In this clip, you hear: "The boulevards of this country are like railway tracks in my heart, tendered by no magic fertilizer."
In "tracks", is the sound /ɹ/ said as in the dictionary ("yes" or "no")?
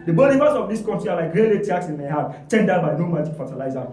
no